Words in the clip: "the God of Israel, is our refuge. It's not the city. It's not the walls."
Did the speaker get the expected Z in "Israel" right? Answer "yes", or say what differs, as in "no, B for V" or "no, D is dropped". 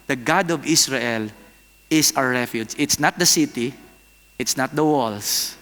no, S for Z